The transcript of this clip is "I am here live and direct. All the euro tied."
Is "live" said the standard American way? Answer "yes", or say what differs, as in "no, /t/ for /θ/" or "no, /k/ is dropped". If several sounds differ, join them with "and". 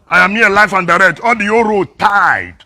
no, /f/ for /v/